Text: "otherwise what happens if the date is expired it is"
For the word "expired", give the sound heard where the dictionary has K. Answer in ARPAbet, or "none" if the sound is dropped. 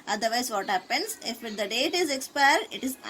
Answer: K